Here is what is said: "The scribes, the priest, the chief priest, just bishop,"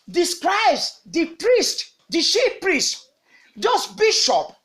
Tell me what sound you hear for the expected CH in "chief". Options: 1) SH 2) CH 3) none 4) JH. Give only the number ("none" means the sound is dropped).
1